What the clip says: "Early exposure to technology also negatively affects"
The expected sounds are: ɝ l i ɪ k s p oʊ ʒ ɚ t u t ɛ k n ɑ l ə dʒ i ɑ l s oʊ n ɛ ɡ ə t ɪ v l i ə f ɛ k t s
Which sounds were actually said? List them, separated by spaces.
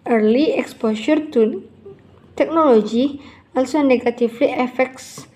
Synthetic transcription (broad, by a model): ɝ l i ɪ k s p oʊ ʃ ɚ t u t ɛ k n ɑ l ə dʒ i ɑ l s oʊ n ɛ ɡ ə t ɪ f l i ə f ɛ k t s